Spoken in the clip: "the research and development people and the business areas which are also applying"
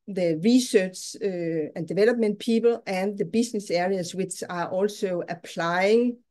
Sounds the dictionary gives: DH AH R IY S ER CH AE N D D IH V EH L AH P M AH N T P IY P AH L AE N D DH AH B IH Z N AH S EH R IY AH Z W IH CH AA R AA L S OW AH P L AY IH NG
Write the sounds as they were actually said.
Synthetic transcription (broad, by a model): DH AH R IY S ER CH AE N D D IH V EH L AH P M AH N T P IY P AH L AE N DH AH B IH S N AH S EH R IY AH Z W IH CH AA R AA L S OW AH P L AY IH NG